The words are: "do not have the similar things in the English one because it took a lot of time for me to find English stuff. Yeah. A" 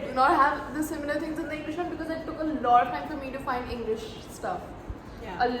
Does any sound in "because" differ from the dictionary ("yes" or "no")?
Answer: no